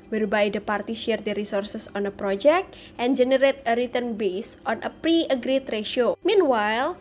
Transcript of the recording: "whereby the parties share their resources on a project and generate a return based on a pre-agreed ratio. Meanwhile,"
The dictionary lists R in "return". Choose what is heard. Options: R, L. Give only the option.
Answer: R